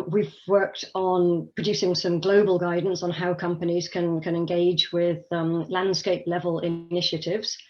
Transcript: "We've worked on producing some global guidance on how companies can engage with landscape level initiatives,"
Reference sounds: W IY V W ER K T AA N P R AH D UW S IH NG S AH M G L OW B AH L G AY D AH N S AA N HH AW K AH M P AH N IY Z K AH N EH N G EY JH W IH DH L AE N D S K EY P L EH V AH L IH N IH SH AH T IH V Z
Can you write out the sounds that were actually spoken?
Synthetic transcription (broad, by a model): W IY V W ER K T N P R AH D UW S IH NG S AH M G L OW B AH L G AY D N S N HH AW K AH M P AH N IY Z K AH N EH N G EY JH W IH DH L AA N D S K EY P L EH V AH L IH N IH SH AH T IH V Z